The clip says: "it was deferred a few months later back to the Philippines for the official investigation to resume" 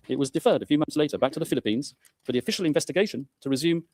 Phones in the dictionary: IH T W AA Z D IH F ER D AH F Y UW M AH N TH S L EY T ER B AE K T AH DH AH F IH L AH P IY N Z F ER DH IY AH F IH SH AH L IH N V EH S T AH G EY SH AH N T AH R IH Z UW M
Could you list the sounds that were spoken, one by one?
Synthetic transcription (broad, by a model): IH T W AA Z D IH F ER D AH F Y UW M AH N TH S L EY T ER B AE K T AH DH AH F IH L AH P IY N Z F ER DH IY AH F IH SH AH L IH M V EH S T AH G EY SH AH N T AH R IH Z UW M